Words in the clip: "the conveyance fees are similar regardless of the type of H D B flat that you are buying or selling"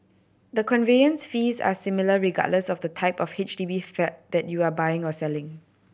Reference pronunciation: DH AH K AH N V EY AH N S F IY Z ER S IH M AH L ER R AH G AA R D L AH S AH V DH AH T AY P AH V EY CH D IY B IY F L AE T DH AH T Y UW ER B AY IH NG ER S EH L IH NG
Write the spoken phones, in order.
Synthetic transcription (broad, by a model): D AH K AH N V EY AH N S F IY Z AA S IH M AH L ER R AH G AA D L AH S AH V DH AH T AY P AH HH EY CH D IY B IY F EH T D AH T Y UW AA B AY IH NG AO S EH L IH NG